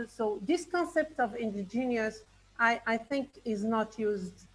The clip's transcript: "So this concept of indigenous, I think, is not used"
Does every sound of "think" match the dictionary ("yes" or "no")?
yes